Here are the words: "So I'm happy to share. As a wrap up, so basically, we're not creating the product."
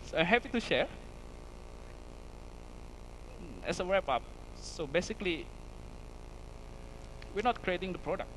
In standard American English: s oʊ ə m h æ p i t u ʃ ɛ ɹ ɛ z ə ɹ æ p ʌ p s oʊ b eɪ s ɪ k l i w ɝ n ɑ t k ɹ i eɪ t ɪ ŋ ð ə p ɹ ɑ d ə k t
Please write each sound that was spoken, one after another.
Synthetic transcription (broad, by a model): s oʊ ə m h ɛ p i t u ʃ ɛ ɹ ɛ s ə w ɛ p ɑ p s oʊ b eɪ s ɪ k l i w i n ɑ t k ɹ i eɪ t ɪ ŋ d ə p ɹ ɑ d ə k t